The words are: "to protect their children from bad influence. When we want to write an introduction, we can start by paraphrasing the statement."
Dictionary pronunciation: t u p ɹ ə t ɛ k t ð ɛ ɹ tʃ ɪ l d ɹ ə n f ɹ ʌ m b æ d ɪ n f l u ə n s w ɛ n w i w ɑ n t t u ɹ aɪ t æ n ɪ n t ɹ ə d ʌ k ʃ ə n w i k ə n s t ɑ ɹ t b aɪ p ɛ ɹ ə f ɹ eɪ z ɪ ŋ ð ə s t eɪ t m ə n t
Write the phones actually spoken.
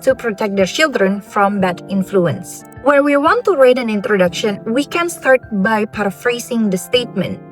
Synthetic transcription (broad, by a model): t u p ɹ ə t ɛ k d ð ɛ ɹ tʃ ɪ l d ɹ ə n f ɹ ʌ m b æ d ɪ n f l u ə n s w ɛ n w i w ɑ n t t u ɹ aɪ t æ n ɪ n t ɹ ə d ʌ k ʃ ə n w i k ə n s t ɑ ɹ t b aɪ p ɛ ɹ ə f ɹ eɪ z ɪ ŋ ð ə s t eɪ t m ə n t